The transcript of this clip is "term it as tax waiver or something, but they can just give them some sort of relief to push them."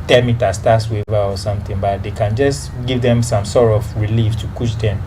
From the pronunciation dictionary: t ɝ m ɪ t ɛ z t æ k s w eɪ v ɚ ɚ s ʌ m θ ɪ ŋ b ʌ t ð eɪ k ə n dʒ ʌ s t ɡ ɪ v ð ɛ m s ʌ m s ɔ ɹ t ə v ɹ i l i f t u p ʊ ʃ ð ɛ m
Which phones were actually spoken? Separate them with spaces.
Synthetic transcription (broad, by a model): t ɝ m ɪ t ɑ s t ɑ s w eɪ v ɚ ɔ s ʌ m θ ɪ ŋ b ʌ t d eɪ k ə n dʒ ʌ s t ɡ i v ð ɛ m s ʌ m s ɔ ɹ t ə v ɹ i l i f t u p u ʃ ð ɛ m